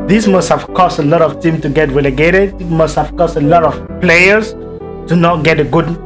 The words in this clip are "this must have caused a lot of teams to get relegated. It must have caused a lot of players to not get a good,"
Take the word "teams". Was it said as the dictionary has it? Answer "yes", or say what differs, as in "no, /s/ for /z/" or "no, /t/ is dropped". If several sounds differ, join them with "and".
no, /z/ is dropped